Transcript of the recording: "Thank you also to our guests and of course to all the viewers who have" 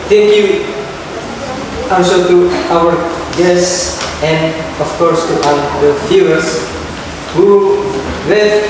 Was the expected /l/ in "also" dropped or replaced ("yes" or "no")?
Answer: yes